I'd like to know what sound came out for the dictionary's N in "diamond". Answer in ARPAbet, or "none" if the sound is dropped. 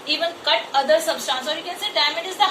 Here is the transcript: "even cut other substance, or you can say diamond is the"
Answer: none